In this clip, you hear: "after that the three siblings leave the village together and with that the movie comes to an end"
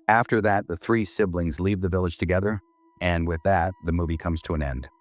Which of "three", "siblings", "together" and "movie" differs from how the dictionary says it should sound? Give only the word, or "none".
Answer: none